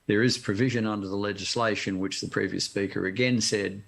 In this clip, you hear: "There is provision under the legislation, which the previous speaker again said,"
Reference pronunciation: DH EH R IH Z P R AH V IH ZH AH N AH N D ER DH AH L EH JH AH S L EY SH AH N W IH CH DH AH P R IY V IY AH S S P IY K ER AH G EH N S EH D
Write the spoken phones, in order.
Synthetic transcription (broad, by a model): DH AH R IH Z P R AH V IH ZH AH N AH N D ER DH AH L EH JH AH S L EY SH AH N W IH CH DH AH P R IY V IY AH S S P IY K ER AH G EH N S EH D